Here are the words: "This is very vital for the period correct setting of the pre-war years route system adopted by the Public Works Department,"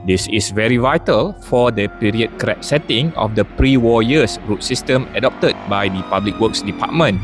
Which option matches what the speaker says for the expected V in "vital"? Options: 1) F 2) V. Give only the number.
2